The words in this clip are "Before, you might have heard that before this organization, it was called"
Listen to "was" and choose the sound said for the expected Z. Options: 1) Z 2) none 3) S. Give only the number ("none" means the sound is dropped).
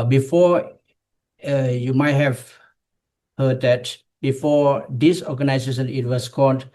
3